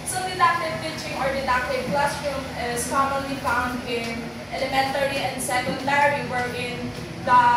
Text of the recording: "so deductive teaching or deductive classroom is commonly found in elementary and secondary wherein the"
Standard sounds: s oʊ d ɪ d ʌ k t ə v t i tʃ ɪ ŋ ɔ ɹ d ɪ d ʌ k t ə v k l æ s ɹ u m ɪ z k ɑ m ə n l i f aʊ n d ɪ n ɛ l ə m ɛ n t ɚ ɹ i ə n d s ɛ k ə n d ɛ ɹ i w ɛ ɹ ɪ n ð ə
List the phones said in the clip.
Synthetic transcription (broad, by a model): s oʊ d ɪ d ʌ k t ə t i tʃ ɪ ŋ ɔ ɹ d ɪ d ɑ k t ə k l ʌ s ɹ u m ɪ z k ɑ m ə n l i f aʊ n d ɪ n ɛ l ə m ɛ n t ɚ ɹ i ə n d s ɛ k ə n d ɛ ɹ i w ɛ ɹ ɪ n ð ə